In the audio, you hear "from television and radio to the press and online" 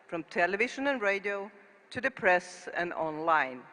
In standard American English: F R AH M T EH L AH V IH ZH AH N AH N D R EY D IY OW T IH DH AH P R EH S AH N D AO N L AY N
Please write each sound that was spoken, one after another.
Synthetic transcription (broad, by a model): F R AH M T EH L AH V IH SH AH N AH N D R EY D IY OW T IH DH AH P R EH S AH N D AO N L AY N